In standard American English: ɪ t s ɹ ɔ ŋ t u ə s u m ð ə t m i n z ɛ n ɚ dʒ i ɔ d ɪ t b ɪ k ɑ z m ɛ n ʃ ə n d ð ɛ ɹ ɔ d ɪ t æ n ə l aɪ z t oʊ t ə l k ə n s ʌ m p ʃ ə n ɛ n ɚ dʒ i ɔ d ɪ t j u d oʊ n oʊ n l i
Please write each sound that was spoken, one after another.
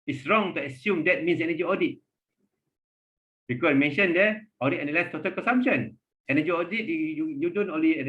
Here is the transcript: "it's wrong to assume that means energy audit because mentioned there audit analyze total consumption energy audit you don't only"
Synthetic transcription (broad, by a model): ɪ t s ɹ ɔ ŋ t u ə s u m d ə t m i n s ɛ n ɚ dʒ i ɔ d ɪ t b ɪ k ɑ m ɛ n ʃ ə n d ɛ ɔ d ɪ t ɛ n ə l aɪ s t oʊ t ə l k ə n s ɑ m p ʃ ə n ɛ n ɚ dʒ i ɔ d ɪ t j u d oʊ n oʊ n l i